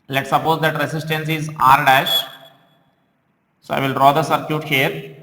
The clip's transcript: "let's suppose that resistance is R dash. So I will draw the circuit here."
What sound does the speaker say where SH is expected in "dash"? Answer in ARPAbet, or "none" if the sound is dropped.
SH